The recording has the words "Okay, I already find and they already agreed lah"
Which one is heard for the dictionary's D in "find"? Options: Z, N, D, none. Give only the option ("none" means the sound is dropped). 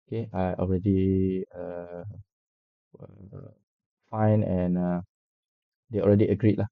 none